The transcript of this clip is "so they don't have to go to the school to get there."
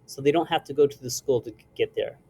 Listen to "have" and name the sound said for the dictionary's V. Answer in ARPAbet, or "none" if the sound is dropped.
F